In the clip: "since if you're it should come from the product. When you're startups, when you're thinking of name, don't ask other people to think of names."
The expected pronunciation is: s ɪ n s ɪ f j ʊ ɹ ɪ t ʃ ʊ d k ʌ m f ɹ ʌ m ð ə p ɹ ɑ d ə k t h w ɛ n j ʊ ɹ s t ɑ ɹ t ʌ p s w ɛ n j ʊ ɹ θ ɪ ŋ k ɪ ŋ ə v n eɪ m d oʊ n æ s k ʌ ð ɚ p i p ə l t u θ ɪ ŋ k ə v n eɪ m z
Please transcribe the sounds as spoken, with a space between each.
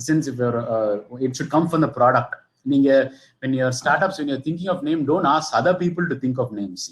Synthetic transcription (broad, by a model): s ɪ n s ɪ f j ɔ ɹ ɪ t ʃ ʊ d k ʌ m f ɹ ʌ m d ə p ɹ ɑ d ə k t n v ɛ n j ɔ ɹ s t ɑ ɹ t ʌ p s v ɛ n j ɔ ɹ t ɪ ŋ k ɪ ŋ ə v n eɪ m d oʊ n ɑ s ʌ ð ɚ p i p ə l t u t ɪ ŋ k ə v n eɪ m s